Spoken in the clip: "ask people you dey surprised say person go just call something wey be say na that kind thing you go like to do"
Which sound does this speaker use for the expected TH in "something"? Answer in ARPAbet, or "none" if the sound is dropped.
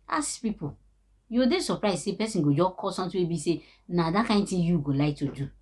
T